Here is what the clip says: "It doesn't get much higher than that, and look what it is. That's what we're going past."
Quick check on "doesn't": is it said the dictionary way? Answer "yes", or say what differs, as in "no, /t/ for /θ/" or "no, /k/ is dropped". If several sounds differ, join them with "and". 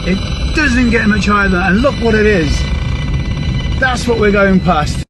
yes